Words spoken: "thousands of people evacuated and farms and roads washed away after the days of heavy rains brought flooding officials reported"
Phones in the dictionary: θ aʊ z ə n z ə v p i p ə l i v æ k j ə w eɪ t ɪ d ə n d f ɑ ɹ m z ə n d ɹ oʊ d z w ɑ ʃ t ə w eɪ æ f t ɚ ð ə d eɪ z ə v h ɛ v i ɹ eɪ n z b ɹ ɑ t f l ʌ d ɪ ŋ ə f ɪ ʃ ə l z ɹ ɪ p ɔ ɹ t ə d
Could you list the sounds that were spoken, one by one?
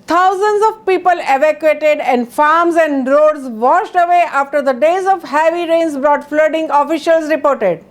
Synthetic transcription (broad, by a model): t aʊ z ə n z ə v p i p ə l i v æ k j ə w eɪ t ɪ d ə n d f ɑ ɹ m z ə n d ɹ oʊ d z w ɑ ʃ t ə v eɪ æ f t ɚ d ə d eɪ z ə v h ɛ v i ɹ eɪ n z b ɹ ɑ t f l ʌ d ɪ ŋ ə f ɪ ʃ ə l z ɹ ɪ p ɔ ɹ t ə d